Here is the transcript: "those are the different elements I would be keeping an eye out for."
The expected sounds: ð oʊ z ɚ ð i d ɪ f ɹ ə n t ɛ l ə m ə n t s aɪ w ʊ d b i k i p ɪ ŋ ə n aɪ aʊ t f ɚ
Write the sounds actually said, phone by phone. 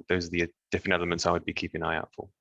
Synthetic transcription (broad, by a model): ð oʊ z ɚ ð i d ɪ f ɹ ə n t ɛ l ə m ə n t s aɪ w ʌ d b i k i p ɪ ŋ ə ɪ aʊ t f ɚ